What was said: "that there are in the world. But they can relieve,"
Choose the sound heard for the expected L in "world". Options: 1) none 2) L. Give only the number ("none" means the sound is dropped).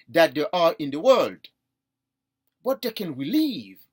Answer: 2